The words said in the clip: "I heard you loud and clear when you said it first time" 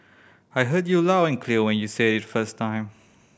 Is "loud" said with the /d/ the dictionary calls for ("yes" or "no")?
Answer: no